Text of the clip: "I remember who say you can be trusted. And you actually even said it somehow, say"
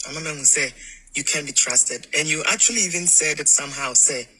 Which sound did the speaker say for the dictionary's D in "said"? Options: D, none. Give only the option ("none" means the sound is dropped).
D